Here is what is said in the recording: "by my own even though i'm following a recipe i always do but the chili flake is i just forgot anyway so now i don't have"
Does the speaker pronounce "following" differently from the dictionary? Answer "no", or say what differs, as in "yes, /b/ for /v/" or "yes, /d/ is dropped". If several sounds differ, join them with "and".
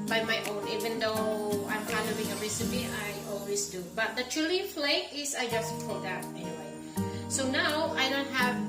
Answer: yes, /n/ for /l/